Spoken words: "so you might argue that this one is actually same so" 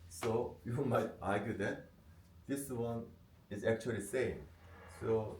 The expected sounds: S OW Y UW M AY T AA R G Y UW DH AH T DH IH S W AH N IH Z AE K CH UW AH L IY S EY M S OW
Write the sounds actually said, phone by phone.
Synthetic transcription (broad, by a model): S OW Y UW M AY T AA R G Y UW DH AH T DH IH S W AH N IH Z AE K CH UW AH L IY S EY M S OW